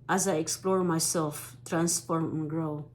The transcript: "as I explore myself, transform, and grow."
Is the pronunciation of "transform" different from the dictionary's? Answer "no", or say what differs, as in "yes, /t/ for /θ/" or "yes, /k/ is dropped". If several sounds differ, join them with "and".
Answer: yes, /p/ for /f/